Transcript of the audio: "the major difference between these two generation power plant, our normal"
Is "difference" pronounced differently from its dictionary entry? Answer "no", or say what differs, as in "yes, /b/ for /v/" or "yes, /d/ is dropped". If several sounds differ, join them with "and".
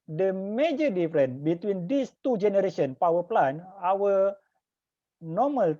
yes, /s/ is dropped